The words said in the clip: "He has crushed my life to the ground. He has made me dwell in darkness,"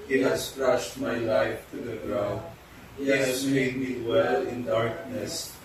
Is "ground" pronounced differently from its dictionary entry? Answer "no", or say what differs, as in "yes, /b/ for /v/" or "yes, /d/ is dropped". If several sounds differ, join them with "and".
yes, /n/ is dropped